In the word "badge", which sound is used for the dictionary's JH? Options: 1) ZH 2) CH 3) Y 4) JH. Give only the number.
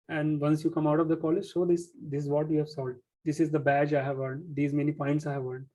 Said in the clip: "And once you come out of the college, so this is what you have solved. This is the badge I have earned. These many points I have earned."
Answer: 4